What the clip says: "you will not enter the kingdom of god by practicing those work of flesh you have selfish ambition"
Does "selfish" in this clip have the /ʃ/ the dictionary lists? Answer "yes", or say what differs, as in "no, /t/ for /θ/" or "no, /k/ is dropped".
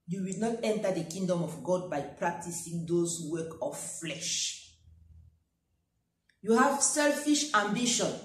yes